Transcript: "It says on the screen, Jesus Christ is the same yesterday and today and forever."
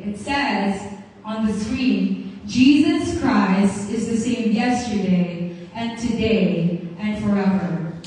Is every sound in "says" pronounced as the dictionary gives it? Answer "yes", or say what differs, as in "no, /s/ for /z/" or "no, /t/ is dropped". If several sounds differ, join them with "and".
yes